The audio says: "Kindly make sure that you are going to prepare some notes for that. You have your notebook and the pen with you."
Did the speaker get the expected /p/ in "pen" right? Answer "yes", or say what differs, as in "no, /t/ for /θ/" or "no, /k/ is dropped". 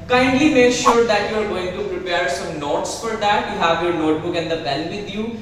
no, /b/ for /p/